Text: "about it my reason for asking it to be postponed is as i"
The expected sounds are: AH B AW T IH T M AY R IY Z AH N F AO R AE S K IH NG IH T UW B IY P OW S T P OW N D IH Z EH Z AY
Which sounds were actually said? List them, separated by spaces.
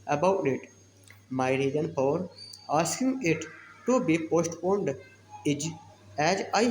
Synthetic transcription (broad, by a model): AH B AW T IH T M AY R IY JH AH N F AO R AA S K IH NG IH T UW B IY P OW S T P OW N D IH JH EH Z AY